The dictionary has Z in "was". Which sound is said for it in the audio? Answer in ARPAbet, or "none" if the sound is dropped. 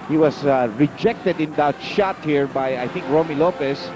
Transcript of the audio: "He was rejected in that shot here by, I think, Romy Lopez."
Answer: S